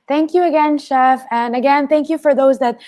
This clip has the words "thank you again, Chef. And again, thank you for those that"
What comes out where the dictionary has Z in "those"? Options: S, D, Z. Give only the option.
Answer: Z